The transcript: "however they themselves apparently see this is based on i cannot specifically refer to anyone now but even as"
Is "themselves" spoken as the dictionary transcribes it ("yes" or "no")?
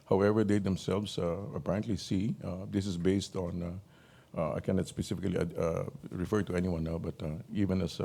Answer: no